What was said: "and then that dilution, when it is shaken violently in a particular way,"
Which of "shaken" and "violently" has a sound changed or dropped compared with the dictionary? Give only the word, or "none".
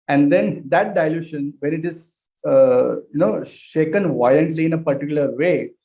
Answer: none